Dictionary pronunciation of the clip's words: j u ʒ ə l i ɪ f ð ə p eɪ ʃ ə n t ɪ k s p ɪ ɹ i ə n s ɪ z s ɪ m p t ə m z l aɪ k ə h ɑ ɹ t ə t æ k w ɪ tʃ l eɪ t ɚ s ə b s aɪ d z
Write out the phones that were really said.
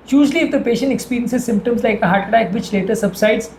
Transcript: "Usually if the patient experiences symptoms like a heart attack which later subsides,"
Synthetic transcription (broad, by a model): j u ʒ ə l i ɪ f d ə p eɪ ʃ ə n t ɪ k s p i ɹ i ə n s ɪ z s ɪ m p t ə m z l aɪ k ə h ɑ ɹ t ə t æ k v ɪ tʃ l eɪ t ɚ s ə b s aɪ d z